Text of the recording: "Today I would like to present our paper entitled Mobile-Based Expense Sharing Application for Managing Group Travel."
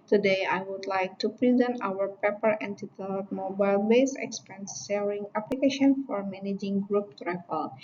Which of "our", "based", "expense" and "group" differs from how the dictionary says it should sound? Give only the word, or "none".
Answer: based